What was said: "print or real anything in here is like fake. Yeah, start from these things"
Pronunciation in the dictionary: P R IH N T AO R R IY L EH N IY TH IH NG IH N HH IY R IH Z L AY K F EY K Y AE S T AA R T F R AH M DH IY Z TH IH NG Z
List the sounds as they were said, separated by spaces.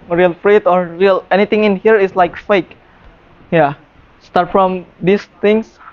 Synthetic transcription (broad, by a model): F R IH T AO R R IY L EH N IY T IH NG IH N HH IY R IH S L AY K F EY K Y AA S T AA R T F R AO M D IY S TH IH NG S